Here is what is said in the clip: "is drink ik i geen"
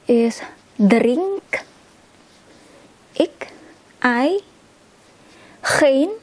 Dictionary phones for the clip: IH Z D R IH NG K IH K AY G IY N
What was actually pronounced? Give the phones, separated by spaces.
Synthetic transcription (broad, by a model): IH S D R IH NG K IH K AY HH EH N